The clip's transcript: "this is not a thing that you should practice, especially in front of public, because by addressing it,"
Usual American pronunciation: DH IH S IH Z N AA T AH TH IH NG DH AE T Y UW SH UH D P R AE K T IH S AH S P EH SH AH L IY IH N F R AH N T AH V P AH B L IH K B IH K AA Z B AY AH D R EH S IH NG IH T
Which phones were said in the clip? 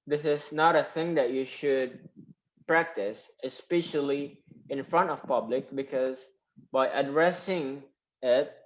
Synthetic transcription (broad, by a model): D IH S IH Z N AA T AH TH IH NG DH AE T Y UW SH UH D P R AE K T IH S AH S P EH SH AH L IY IH N F R AH N T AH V P AH B L IH K B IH K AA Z B AY AH D R EH S IH NG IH T